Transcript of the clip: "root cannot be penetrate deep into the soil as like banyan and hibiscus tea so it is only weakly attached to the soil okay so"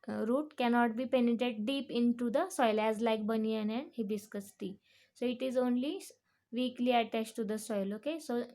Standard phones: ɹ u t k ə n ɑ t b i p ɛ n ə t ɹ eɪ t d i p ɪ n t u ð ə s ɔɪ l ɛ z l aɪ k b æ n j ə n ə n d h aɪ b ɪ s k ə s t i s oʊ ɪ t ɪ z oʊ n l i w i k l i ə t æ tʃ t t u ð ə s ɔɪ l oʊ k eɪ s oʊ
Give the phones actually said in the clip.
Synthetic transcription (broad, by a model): ɹ u t k ə n ɑ t b i p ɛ n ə t eɪ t d i p ɪ n t u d ə s ɔɪ l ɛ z l aɪ k b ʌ n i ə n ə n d h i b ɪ s k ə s t i s oʊ ɪ t ɪ z oʊ n l i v i k l i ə t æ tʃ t t u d ə s ɔɪ l oʊ k eɪ s oʊ